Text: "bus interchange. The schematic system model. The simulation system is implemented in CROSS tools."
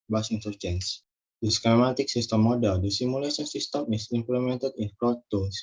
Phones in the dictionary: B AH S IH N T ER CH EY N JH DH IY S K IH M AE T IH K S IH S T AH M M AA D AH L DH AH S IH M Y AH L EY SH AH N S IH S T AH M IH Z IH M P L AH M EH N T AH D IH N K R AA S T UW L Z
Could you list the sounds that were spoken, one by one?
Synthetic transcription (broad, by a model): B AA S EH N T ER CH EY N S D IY S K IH M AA T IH K S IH S T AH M M AA D AH L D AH S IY M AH L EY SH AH N S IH S T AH M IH S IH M P L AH M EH N T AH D IH N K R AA T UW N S